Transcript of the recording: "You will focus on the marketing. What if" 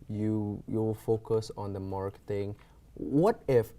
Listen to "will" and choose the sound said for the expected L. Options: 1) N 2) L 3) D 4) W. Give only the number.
4